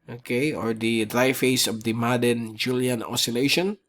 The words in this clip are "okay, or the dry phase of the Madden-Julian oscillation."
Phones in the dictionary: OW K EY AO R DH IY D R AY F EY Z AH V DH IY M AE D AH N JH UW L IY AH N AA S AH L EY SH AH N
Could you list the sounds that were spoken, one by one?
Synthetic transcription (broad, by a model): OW K EY AO R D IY D R AY F EY S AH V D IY M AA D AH N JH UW L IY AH N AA S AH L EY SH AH N